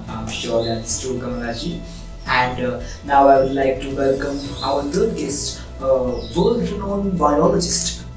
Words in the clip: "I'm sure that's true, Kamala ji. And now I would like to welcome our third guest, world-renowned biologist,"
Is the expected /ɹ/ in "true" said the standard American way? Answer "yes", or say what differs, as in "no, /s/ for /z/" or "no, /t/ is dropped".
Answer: no, /ɹ/ is dropped